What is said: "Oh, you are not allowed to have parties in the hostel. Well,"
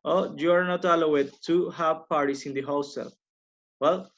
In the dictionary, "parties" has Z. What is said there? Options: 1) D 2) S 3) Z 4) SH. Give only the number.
2